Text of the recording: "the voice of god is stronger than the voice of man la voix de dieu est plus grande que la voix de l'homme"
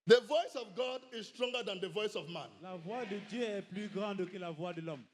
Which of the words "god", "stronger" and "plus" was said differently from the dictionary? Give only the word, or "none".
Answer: plus